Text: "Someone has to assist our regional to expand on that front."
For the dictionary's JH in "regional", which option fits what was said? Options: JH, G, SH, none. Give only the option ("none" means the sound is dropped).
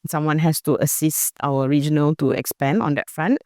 JH